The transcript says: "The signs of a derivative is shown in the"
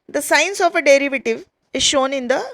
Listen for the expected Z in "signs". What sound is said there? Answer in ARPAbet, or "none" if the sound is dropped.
S